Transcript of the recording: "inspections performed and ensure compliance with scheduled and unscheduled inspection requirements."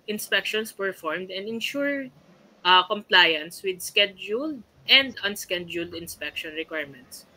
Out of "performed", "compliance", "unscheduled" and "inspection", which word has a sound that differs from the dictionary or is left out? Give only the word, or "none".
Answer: none